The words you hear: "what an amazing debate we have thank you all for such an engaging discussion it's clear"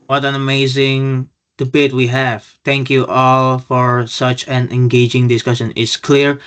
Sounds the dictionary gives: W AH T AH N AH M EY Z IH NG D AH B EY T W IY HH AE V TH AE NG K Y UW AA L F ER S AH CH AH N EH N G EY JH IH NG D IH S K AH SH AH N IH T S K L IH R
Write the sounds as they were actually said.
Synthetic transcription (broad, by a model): W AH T AH N AH M EY Z IH NG D AH B EY T W IY HH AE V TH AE NG K Y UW AA L F ER S AH CH AH N EH N G EY JH IH NG D IH S K AH SH AH N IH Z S K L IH R